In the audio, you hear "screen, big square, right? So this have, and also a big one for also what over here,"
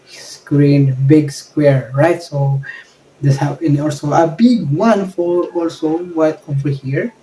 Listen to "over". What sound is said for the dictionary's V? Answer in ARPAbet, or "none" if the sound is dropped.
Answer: F